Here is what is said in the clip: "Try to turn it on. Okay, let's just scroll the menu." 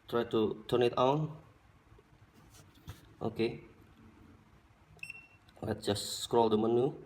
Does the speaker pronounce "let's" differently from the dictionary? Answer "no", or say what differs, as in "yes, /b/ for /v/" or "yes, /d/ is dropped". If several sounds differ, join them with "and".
yes, /s/ is dropped